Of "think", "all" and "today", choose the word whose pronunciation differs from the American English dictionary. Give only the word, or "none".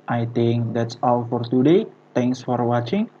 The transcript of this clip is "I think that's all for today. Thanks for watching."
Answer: think